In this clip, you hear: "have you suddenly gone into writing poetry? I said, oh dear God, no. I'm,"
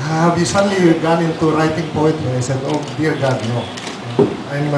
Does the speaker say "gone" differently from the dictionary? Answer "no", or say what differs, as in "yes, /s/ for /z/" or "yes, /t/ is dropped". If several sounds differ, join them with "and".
no